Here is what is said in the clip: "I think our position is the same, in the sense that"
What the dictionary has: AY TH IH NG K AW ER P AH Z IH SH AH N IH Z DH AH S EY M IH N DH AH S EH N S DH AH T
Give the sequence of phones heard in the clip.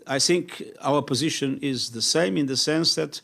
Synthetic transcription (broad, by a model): AY TH IH NG K AW ER P AH Z IH SH AH N IH Z DH AH S EY M IH N DH AH S EH N S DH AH T